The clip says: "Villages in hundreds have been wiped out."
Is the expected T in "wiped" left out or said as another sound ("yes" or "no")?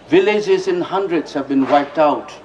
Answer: no